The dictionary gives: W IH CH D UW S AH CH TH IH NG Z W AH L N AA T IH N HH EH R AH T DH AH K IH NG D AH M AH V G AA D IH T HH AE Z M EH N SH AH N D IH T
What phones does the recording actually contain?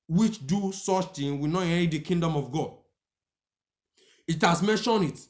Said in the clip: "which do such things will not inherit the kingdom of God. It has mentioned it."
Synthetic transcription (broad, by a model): W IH CH D UW S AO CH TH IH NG W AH N AA T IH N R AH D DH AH K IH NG D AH M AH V G AA D IH T HH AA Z M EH N SH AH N IH T